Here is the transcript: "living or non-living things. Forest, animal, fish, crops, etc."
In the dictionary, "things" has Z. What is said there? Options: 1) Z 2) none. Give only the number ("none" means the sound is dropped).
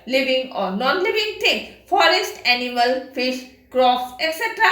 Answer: 2